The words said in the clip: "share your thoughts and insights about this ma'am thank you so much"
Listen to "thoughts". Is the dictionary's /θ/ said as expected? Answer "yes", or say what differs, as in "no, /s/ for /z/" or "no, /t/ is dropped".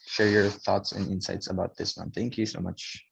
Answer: yes